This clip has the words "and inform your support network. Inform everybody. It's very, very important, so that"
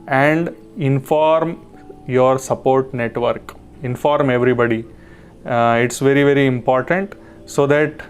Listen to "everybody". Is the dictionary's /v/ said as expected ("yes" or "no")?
yes